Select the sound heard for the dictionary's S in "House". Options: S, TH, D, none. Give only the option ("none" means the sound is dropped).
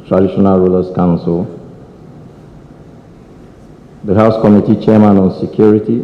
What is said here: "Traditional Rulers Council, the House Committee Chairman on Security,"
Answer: S